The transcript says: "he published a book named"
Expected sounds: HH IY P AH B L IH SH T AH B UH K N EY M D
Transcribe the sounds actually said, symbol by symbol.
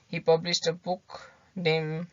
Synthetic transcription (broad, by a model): HH IY P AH B L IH S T AH B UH K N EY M